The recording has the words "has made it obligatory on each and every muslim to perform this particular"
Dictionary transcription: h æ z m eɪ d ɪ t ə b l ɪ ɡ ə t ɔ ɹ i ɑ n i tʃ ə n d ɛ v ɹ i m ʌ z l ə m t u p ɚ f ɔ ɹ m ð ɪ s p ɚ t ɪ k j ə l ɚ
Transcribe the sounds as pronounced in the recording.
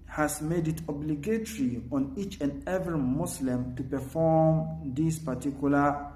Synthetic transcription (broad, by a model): h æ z m eɪ d ɪ t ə b l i ɡ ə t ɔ ɹ i ɑ n i tʃ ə n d ɛ v ɹ i m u s l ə m t u p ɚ f ɔ m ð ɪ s p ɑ t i k j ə l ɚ